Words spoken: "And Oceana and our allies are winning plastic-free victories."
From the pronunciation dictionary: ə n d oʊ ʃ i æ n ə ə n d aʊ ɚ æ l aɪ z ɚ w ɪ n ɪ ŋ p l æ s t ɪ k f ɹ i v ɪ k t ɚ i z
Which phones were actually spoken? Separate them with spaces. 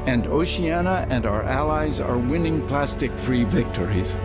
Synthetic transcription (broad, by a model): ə n d oʊ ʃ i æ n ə ə n d aʊ ɚ æ l aɪ z ɚ w ɪ n ɪ ŋ p l æ s t ɪ k f ɹ i v ɪ k t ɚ i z